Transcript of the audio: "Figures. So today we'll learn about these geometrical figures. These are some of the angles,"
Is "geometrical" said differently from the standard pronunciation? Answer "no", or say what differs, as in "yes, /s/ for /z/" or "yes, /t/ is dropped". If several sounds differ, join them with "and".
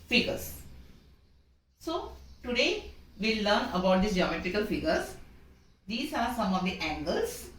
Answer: no